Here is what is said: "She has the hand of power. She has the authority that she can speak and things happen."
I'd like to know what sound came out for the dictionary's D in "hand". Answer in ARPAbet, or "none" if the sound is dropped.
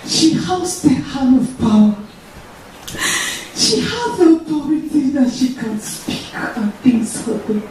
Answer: none